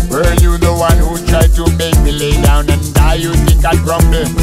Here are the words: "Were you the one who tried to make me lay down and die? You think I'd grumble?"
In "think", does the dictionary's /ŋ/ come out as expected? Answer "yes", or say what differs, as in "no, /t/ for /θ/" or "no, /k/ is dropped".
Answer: no, /ŋ/ is dropped